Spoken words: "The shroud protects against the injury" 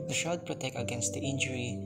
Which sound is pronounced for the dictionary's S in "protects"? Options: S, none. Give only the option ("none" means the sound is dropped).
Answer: none